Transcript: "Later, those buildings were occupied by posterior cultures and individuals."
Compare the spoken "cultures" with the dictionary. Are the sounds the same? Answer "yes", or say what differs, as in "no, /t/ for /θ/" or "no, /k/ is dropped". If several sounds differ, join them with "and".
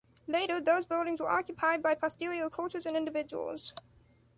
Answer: yes